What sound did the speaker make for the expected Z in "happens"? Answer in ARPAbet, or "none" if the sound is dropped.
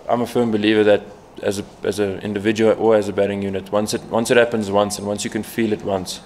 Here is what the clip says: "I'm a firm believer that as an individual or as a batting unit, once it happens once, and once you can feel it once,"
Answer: Z